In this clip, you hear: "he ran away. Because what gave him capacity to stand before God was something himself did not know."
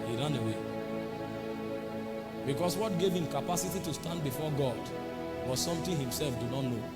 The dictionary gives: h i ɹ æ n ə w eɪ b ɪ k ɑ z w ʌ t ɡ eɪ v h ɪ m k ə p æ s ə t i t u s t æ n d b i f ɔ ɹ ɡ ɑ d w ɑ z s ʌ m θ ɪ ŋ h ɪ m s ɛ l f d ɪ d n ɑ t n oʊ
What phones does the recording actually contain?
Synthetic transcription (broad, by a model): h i ɹ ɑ n ə w eɪ b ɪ k ɑ s w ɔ t ɡ eɪ v h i m k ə p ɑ s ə t i t u s t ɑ n d b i f ɔ ɡ ɑ d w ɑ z s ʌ m t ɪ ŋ h ɪ m s ɛ l f d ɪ n ɑ t n oʊ